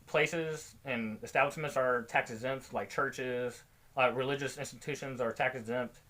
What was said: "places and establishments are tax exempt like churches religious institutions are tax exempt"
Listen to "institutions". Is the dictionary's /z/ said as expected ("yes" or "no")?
yes